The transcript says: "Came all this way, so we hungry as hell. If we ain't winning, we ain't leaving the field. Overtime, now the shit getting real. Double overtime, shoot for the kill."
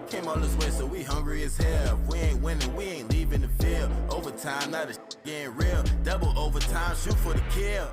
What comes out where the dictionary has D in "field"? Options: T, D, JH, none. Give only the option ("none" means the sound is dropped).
none